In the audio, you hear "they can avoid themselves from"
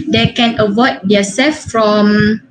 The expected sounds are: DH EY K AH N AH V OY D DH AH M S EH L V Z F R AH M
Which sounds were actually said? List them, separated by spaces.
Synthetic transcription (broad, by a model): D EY K AH N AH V OY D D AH S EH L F F R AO M